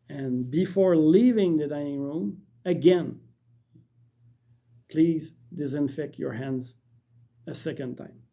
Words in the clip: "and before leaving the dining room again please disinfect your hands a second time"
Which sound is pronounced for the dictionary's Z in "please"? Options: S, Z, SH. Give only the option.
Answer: Z